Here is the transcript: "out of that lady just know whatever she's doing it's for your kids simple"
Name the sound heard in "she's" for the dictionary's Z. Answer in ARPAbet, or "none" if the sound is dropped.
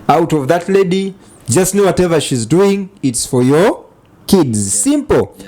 Z